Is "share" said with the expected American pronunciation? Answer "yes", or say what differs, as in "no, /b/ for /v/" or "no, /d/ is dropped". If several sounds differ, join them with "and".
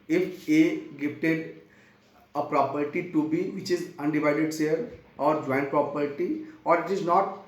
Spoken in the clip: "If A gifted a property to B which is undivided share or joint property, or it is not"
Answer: no, /s/ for /ʃ/